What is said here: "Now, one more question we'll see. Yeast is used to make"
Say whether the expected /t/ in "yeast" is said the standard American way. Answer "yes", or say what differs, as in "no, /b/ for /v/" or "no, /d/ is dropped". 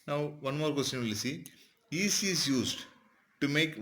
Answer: no, /t/ is dropped